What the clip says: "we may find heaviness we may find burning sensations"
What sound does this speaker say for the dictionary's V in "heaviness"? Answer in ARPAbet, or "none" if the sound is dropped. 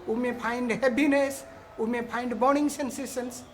P